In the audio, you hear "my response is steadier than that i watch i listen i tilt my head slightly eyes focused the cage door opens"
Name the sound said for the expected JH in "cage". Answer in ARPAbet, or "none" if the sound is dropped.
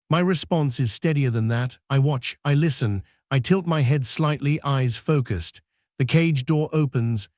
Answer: JH